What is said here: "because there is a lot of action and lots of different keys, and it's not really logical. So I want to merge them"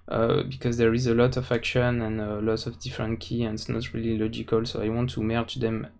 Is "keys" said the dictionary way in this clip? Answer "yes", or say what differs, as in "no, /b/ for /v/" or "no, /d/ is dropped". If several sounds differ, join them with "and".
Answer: no, /z/ is dropped